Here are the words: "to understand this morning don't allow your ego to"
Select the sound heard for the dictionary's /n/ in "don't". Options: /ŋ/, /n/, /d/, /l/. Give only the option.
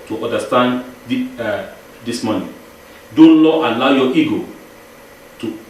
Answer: /l/